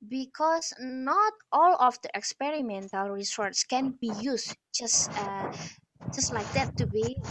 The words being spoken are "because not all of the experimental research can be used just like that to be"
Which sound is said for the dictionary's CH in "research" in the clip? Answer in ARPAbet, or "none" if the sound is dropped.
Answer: S